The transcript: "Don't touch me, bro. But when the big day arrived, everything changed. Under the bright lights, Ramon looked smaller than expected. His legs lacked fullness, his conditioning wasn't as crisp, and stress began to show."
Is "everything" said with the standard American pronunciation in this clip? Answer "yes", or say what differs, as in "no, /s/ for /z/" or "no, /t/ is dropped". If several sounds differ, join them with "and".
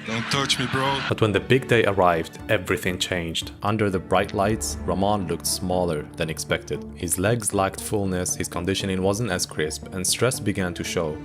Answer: yes